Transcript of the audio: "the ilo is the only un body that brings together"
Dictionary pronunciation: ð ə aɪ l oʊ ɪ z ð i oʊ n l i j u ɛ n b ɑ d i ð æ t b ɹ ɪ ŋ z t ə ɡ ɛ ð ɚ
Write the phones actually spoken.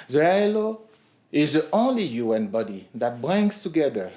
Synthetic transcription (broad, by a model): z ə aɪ l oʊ ɪ z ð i oʊ n l i j u ɛ n b ɑ d i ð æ t b ɹ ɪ ŋ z t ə ɡ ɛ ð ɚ